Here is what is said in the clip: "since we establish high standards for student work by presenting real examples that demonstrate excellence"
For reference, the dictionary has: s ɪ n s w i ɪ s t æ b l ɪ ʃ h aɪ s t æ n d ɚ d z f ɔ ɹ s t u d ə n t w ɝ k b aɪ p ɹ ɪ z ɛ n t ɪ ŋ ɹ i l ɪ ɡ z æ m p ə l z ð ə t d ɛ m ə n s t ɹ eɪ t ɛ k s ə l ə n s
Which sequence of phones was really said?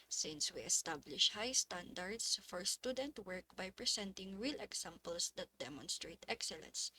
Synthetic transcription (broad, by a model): s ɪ n s w i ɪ s t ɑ b l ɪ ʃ h aɪ s t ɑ n d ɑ d s f ɔ ɹ s t u d ə n t w ɝ k b aɪ p ɹ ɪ s ɛ n t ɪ ŋ ɹ i l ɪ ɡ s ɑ m p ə l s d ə t d ɛ m ə n s t ɹ eɪ t ɛ k s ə l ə n s